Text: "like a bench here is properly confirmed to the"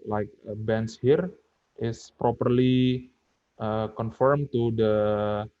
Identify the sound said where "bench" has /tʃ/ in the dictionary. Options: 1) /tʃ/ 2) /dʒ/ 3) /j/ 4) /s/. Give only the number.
4